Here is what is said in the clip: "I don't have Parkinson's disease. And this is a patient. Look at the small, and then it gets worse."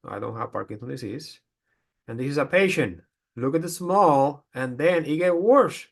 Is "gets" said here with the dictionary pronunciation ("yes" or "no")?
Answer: no